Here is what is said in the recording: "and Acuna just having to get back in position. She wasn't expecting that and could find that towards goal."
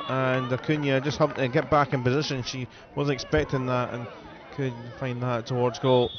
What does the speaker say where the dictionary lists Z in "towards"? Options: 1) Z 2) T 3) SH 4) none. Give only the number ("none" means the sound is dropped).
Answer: 1